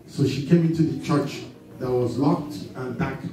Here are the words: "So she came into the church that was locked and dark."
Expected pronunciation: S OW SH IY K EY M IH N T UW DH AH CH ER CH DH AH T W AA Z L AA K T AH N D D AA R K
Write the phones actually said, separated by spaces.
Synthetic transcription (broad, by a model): S OW SH IY K EY M IH N T UW DH AH CH ER CH DH AH T W AA Z L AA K T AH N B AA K